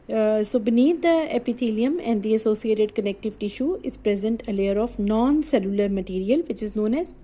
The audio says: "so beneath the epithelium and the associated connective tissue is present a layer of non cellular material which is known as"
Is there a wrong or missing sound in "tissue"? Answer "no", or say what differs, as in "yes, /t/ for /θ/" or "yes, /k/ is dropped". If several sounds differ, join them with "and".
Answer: no